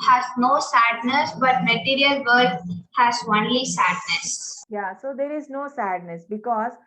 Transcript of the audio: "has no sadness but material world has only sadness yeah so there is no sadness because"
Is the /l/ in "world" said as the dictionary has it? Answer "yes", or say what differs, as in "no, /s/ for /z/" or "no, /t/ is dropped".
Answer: no, /l/ is dropped